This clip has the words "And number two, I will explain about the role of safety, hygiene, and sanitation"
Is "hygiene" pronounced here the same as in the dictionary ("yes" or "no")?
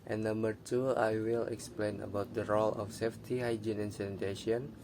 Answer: yes